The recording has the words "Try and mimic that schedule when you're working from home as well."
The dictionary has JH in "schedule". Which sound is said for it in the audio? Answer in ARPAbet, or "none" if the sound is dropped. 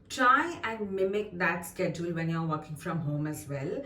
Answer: JH